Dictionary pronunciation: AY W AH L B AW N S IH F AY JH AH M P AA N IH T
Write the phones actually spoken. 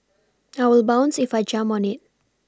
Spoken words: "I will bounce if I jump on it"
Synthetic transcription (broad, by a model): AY W AH L B AW N S IH F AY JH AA M AA N IH T